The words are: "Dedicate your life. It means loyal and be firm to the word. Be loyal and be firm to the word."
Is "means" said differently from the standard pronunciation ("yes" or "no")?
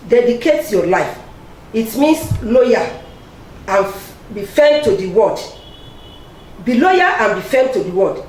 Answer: yes